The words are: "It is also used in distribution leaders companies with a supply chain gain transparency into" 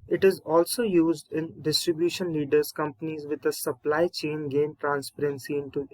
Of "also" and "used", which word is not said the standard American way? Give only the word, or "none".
none